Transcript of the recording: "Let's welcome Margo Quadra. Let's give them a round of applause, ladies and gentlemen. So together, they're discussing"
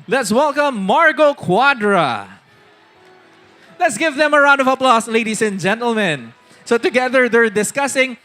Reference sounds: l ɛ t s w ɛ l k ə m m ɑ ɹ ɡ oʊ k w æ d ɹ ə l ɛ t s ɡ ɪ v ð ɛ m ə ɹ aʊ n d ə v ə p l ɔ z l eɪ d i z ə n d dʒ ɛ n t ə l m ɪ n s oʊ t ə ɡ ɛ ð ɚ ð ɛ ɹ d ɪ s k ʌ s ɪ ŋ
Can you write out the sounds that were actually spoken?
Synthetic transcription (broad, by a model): l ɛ t s w ɛ l k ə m m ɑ ɹ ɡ oʊ k w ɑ d ɹ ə l ɛ t s ɡ ɪ v ð ɛ m ə ɹ aʊ n d ə v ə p l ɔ s l eɪ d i s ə n dʒ ɛ n t ə l m ɪ n s oʊ t ə ɡ ɛ ð ɚ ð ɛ ɹ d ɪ s k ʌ s ɪ ŋ